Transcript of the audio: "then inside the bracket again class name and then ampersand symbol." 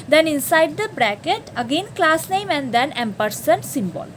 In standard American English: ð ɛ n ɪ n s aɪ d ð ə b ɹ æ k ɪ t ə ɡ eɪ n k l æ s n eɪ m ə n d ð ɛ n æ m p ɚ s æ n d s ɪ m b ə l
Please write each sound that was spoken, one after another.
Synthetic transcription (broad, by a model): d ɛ n ɪ n s aɪ d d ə b ɹ æ k ɪ t ə ɡ eɪ n k l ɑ s n eɪ m ə n d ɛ n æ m p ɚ s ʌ n s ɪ m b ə l